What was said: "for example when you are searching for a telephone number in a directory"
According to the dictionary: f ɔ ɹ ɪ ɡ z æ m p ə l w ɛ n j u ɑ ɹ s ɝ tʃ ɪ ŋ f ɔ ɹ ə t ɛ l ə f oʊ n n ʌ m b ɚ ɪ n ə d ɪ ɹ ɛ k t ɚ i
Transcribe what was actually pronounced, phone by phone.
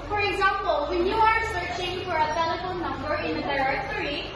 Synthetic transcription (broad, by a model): f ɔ ɹ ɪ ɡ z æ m p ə l w ɛ n j u ɑ ɹ s ɝ tʃ ɪ ŋ f ɔ ɹ ə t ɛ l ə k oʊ l n ʌ m b ɚ ɪ n ə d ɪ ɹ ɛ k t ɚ i